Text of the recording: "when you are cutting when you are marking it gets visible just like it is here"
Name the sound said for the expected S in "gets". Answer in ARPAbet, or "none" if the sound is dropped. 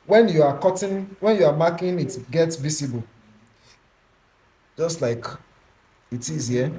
S